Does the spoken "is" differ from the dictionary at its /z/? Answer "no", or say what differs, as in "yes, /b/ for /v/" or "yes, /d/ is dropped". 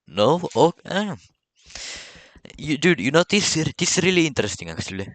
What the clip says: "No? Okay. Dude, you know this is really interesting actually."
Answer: yes, /s/ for /z/